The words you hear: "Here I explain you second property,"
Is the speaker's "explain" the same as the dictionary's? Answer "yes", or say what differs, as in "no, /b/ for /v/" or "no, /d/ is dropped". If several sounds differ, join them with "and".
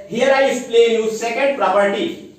no, /k/ is dropped